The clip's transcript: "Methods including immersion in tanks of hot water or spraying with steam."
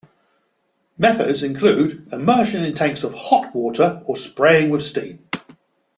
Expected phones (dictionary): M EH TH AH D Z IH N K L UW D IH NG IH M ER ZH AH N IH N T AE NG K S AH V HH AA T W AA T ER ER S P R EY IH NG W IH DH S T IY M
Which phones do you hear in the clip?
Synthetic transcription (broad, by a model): M EH TH AH D Z IH N K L UW D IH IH M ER SH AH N IH N T AE NG K S AH V HH AA T W AA T ER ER S P R EY IH NG W IH DH S T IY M